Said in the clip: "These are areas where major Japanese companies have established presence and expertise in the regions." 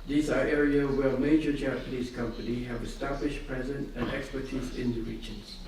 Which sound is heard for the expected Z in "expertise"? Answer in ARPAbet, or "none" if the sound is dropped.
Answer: Z